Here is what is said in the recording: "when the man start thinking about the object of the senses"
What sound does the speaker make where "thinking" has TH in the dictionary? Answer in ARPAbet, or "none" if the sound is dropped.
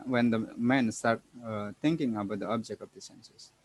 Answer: T